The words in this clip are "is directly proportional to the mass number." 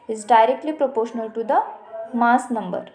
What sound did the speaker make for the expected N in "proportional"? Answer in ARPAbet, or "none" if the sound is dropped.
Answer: N